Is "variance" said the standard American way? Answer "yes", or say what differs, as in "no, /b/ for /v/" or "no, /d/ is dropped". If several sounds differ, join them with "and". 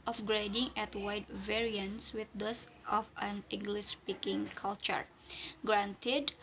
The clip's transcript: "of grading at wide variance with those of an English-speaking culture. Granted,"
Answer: yes